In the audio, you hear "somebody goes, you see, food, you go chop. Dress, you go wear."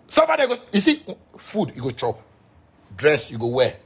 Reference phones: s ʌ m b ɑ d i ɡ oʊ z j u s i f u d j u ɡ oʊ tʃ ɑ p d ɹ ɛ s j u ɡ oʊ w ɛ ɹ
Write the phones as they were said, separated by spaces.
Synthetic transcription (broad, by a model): s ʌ m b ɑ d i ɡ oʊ j u s i f u d j u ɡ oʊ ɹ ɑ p d ɹ ɛ s j u ɡ oʊ w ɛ